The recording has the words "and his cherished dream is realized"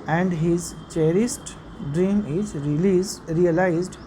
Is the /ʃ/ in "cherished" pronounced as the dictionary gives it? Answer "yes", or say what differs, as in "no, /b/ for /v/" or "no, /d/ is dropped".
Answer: no, /s/ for /ʃ/